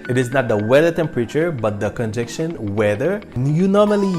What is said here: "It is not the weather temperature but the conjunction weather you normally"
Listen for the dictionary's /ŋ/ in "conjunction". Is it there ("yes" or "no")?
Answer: no